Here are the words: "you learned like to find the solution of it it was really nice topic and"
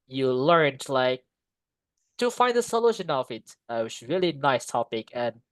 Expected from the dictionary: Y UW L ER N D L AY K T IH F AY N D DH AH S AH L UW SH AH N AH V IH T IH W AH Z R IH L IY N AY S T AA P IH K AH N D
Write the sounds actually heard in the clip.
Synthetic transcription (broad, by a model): Y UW L ER N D L AY K T IH F AY N D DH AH S AH L UW SH AH N AH V IH T IH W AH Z R IH L IY N AY S T AA P IH K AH N